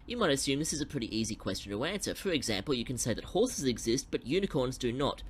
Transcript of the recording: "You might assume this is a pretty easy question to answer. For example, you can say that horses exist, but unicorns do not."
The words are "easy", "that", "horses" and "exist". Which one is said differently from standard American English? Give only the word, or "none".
none